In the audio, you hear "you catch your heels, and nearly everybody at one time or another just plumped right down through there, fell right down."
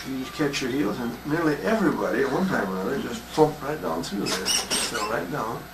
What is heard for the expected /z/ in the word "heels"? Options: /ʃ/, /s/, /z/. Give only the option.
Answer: /z/